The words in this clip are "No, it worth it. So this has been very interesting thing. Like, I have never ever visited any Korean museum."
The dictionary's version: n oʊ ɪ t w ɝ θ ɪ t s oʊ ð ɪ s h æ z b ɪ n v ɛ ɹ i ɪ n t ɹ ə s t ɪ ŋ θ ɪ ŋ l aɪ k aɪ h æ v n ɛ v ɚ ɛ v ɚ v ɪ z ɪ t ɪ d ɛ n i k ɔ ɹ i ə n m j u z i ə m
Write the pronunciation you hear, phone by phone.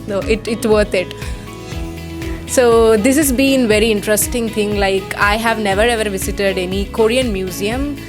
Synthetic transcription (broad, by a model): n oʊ ɪ t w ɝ t ɪ t s oʊ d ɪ s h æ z b ɪ n v ɛ ɹ i ɪ n t ɹ ə s t ɪ ŋ t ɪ ŋ l aɪ k aɪ h æ v n ɛ v ɚ ɛ v ɚ v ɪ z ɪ t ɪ d ɛ n i k ɔ ɹ i ə n m j u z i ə m